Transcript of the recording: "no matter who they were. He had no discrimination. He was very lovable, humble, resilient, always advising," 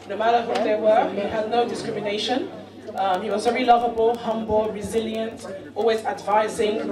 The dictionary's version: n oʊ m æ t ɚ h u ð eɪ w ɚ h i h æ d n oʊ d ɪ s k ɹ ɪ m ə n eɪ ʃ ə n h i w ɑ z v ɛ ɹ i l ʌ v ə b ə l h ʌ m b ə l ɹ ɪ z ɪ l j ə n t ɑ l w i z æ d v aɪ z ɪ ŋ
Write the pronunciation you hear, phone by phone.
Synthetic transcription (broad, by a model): n oʊ m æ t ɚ h u ð eɪ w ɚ h i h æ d n oʊ d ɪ s k ɹ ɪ m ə n eɪ ʃ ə n h i w ɑ z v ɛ ɹ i l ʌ v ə b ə l h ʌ m b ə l ɹ ɪ z ɪ l j ə n t ɑ l w i z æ d v aɪ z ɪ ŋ